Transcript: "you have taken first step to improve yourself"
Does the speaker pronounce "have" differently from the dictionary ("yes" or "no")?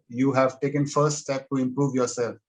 no